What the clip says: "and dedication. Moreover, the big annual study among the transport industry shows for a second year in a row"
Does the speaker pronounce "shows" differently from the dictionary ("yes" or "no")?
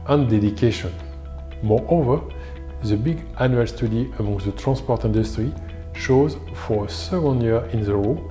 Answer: no